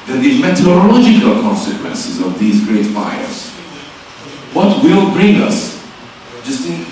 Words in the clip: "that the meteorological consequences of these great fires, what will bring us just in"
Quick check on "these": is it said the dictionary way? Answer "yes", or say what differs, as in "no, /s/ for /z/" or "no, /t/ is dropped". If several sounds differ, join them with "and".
yes